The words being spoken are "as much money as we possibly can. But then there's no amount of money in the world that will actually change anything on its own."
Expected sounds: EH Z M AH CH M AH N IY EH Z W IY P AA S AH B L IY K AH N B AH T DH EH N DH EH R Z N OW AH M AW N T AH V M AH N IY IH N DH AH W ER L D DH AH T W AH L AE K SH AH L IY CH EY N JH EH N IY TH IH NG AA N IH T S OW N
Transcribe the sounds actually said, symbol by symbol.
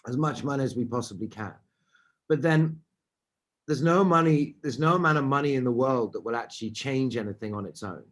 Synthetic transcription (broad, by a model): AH Z M AH CH M AH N IY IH Z W IY P AA S AH B L IY K AH N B AH T DH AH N DH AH R Z N OW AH M AW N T AH V M AH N IY IH N DH AH W ER L D DH AH T W AH L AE K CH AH L IY CH EY N JH EH N IY TH IH NG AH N IH T S OW N